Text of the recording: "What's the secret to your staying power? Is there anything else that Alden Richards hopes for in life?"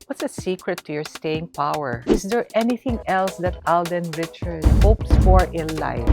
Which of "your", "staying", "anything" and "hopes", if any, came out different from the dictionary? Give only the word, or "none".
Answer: none